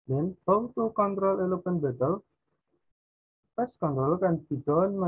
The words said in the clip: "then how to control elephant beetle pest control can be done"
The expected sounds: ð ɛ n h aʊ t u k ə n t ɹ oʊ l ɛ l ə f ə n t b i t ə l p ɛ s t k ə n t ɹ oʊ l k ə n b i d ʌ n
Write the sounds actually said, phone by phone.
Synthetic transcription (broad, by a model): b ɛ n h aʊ t u k ə n t ɹ oʊ l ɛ l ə p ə n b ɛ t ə l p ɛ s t k ə n t ɹ oʊ l k ə n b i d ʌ n